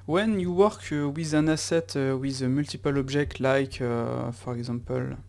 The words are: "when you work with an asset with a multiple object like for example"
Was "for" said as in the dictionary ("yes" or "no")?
yes